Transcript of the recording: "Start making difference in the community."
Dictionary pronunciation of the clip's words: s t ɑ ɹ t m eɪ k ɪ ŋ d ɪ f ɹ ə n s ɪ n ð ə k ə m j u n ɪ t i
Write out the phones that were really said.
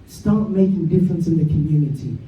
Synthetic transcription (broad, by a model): s t ɑ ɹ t m eɪ k ɪ ŋ d ɪ f ɹ ə n s ɪ n ð ə k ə m j u n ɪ t i